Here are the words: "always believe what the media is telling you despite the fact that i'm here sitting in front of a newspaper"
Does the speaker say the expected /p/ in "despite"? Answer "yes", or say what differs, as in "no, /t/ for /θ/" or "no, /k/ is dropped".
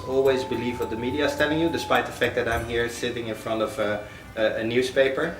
yes